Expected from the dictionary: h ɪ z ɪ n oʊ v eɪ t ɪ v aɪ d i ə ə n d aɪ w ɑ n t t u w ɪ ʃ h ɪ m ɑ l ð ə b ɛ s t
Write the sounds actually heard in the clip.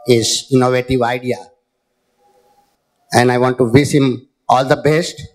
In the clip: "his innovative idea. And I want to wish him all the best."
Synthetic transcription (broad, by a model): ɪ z ɪ n oʊ v eɪ t ɪ v aɪ d i ə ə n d aɪ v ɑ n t t u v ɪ s h ɪ m ɑ l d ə b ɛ s t